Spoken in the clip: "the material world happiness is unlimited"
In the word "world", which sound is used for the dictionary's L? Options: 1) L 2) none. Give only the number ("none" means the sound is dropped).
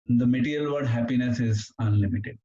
2